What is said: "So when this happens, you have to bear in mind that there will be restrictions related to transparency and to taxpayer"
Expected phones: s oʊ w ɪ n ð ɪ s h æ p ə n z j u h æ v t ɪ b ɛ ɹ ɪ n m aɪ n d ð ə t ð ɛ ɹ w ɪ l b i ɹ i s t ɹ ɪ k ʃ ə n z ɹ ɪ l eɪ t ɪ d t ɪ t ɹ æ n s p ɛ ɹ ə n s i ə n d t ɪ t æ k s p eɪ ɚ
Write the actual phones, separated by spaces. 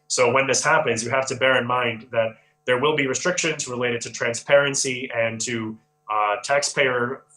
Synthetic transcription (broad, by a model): s oʊ w ɪ n ð ɪ s h æ p ə n z j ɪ h æ f t ɪ b ɛ ɹ ɪ n m aɪ n ð ə t ð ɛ ɹ w ɪ l b i ɹ i s t ɹ ɪ k ʃ ə n z ɹ ɪ l eɪ t ɪ d t ɪ t ɹ æ n s p ɛ ɹ ə n s i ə n t ɪ t æ k s p eɪ ɚ